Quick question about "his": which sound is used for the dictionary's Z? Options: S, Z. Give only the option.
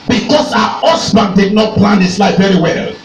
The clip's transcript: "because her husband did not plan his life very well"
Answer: S